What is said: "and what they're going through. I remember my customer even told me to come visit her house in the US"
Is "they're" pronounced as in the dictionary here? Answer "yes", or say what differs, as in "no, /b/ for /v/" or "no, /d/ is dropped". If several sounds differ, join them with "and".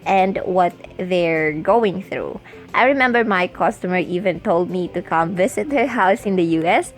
yes